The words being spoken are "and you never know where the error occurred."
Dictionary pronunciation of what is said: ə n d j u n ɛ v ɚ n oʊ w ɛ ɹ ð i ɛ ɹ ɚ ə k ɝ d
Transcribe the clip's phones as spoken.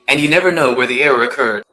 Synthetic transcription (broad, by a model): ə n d j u n ɛ v ɚ n oʊ w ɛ ɹ ð i ɛ ɹ ɚ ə k ɝ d